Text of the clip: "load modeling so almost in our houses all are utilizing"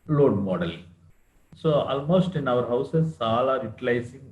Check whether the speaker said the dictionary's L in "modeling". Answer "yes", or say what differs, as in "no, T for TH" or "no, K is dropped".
no, L is dropped